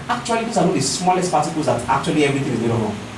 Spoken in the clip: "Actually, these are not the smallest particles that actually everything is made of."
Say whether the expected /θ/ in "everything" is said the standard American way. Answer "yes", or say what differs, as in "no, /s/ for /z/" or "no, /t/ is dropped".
no, /t/ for /θ/